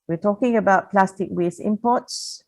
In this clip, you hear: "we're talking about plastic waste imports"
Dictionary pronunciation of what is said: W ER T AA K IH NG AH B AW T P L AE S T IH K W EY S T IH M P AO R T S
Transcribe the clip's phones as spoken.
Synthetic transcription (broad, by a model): W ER T AA K IH NG AH B AW T P L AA S T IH K W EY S IH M P AO T S